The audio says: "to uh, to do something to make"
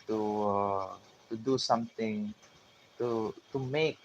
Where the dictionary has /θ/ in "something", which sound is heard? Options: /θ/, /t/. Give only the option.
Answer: /t/